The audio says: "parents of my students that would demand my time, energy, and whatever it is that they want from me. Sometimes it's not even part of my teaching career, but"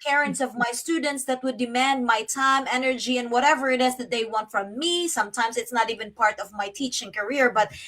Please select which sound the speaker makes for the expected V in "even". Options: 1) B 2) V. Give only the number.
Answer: 2